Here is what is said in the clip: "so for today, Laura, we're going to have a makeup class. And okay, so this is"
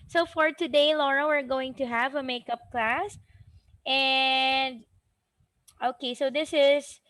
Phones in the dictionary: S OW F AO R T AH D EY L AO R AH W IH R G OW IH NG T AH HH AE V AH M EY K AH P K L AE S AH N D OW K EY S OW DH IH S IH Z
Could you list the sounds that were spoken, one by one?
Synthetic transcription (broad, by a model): S OW F AO R T AH D EY L AO R AH W IH R G OW IH NG T AH HH AE V AH M EY K AH P K L AE S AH N D OW K EY S OW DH IH S IH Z